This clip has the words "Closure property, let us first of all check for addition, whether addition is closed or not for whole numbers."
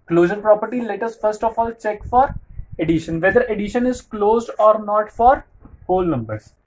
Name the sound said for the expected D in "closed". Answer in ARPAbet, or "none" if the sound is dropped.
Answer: D